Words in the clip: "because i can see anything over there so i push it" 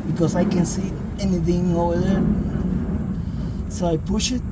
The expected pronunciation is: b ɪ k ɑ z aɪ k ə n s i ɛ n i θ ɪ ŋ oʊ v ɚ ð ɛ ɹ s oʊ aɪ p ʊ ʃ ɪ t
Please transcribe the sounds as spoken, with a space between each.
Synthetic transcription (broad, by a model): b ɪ k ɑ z aɪ k ə n s i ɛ n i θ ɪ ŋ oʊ ʊ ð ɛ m s oʊ aɪ p ʊ ʃ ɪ t